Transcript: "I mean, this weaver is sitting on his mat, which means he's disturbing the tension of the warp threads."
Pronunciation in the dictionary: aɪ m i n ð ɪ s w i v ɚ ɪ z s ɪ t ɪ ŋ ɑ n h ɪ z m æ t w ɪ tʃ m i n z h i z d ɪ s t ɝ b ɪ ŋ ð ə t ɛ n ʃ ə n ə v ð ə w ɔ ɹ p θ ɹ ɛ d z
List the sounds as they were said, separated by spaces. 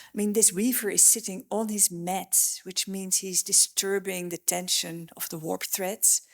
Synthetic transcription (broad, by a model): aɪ m i n ð ɪ s w i v ɚ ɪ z s ɪ t ɪ ŋ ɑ n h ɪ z m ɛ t w ɪ tʃ m i n z h i z d ɪ s t ɝ b ɪ ŋ ð ə t ɛ n ʃ ə n ə v ð ə w ɔ ɹ p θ ɹ ɛ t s